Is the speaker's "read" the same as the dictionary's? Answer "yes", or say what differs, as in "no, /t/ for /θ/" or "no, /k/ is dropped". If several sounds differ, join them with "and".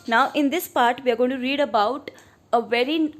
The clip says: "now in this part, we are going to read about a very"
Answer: yes